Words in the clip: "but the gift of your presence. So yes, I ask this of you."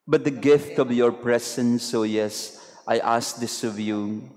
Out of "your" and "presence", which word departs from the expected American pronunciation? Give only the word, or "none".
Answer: presence